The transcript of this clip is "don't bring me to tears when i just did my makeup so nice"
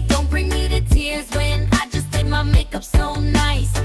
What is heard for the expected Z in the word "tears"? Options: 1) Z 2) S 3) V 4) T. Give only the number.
1